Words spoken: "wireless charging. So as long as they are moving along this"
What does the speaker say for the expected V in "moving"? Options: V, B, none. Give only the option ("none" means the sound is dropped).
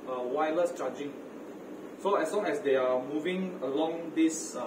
V